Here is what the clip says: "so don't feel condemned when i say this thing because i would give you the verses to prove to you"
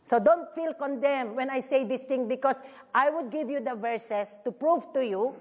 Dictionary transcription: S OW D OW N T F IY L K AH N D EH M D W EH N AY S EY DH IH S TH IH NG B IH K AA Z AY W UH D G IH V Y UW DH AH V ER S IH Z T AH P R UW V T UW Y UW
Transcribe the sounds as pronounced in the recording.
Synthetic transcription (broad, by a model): S OW D OW N T F IY L K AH N D EH M W EH N AY S EY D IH S T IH NG B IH K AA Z AY W UH D G IH V Y UW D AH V ER S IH S T AH P R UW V T UW Y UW